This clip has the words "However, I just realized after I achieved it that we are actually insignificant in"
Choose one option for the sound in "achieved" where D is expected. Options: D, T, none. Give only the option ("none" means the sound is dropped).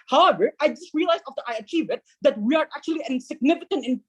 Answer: none